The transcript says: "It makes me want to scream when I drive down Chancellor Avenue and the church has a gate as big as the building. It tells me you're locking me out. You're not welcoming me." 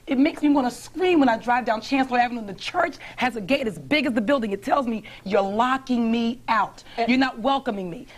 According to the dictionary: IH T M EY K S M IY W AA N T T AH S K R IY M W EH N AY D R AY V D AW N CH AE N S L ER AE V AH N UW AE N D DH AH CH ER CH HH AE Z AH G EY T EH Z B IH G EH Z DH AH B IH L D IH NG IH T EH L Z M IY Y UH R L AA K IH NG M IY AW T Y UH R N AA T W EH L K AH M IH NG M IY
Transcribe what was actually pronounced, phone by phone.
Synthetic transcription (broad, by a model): IH T M EY K S M IY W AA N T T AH S K R IY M W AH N AY D R AY V D AW N CH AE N S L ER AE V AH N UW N DH AH CH ER CH HH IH Z AH G EY T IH Z B IH G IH Z DH AH B IH L D IH NG IH T EH L Z M IY Y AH R L AA K IH NG M IY AW T Y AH R N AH T W EH L K AH M IH NG M IY